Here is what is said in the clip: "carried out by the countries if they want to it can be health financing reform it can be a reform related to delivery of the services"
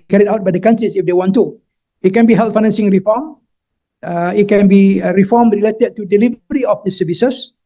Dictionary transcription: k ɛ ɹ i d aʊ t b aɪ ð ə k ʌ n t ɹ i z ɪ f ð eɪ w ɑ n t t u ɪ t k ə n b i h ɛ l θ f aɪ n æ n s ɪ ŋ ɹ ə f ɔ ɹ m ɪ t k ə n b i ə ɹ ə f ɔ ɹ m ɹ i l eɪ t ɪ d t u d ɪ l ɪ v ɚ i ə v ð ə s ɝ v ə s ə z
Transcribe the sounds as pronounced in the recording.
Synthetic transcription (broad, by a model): k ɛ ɹ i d aʊ t b aɪ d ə k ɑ n t ɹ i s ɪ f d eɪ w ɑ n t t u ɪ t k ə n b i h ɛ l t f aɪ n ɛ n s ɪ ŋ ɹ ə f ɔ m ɪ t k ə n b i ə ɹ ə f ɔ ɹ m ɹ i l eɪ t ɪ d t u d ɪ l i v ɚ i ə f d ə s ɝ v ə s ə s